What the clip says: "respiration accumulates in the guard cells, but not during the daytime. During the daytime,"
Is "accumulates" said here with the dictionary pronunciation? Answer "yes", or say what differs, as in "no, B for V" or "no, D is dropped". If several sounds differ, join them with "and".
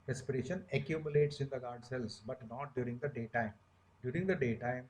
yes